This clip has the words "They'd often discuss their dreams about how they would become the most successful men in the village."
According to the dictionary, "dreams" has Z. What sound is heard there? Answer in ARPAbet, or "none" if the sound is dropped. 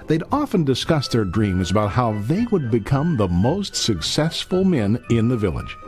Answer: Z